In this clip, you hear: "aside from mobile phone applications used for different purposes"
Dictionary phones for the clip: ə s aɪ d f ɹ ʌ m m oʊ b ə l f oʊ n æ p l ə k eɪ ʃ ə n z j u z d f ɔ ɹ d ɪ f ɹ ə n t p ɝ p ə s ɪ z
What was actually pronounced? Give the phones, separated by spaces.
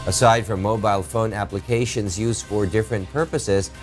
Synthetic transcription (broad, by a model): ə s aɪ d f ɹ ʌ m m oʊ b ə l f oʊ n æ p l ə k eɪ ʃ ə n z j u z d f ɔ ɹ d ɪ f ɹ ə n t p ɝ p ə s ɪ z